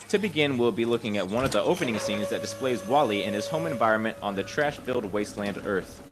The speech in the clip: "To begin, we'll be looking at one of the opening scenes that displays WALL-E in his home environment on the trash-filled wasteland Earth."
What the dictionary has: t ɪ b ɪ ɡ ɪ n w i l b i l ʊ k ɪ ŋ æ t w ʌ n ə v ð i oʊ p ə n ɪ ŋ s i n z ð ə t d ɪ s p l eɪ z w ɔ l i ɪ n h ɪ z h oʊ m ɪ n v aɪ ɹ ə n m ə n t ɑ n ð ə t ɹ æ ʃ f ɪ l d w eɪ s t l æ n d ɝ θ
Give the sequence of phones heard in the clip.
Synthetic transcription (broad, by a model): t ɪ b ɪ ɡ ɪ n w i l b i l ʊ k ɪ ŋ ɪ t w ʌ n ə v ð i oʊ p ə n ɪ ŋ s i n z ð ə t d ɪ s p l eɪ z w ɔ l i ɪ n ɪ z h oʊ m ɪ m v aɪ ɹ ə n m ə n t n ð ə t ɹ æ ʃ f ɪ l d w eɪ s t l æ n d ɝ θ